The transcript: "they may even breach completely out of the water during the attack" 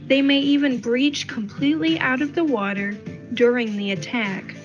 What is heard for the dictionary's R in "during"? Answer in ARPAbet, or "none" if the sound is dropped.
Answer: R